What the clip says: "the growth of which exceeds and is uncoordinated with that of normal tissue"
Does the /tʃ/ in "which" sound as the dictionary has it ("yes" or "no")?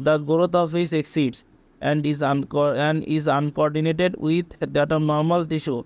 no